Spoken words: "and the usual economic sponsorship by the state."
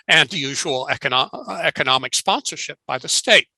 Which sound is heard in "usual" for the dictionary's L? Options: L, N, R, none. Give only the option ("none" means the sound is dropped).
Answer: N